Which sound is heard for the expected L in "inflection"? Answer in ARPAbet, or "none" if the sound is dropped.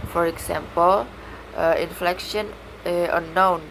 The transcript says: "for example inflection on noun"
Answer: L